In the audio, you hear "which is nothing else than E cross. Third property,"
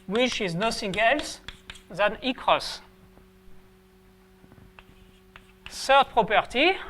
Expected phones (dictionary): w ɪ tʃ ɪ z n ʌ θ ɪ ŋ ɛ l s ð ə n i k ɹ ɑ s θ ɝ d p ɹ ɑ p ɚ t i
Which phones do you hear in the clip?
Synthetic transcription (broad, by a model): w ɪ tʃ ɪ z n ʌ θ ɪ ŋ ɛ l s ð ə n i k ɹ ɑ s s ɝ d p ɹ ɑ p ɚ t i